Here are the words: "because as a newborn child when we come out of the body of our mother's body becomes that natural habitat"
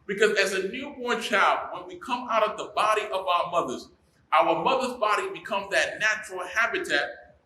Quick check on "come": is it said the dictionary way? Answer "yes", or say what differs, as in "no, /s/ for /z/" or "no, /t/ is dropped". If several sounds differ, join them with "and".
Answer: yes